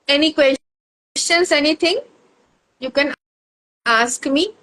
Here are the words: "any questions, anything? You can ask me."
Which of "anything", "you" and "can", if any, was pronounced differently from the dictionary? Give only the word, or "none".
anything